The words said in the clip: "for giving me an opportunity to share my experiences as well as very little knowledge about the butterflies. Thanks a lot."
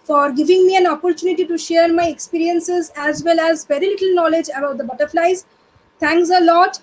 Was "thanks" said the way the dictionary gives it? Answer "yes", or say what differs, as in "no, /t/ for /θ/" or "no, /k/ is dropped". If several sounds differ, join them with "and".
no, /t/ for /θ/